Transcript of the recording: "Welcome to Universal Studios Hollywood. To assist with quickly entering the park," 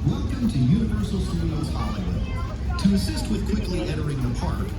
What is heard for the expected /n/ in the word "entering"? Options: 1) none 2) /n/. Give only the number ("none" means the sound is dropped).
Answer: 1